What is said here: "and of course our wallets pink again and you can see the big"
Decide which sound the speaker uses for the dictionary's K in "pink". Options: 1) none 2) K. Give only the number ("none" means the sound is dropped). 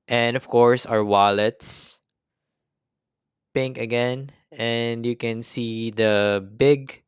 2